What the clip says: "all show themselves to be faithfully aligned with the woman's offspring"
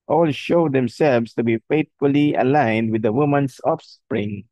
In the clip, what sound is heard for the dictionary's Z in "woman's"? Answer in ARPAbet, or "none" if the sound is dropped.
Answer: S